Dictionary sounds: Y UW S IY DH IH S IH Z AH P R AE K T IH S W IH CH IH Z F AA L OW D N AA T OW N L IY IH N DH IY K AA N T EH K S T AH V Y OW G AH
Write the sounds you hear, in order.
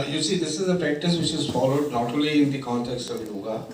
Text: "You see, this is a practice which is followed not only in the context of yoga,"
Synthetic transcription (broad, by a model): Y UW S IY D IH S IH Z AH P R AE K T IH S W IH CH IH Z F AA L OW D N AA T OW L IY IH N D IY K AA N T EH K S T AH V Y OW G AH